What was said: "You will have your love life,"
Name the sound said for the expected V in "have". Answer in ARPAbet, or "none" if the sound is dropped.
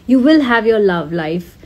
V